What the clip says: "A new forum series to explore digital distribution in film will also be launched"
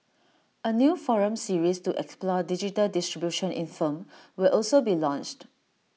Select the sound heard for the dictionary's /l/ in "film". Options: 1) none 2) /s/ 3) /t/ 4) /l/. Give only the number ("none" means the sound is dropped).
1